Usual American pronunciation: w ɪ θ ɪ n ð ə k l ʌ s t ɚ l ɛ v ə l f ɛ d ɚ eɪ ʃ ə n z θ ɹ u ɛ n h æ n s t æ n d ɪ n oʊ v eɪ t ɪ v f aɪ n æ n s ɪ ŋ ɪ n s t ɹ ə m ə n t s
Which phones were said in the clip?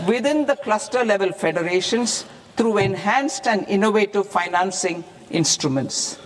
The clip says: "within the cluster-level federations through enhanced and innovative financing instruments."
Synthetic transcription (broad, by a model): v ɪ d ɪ n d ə k l ʌ s t ɚ l ɛ v ə l f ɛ d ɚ eɪ ʃ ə n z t ɹ u ɛ n h æ n s t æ n d ɪ n oʊ v eɪ t ɪ v f aɪ n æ n s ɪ ŋ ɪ n s t ɹ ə m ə n t s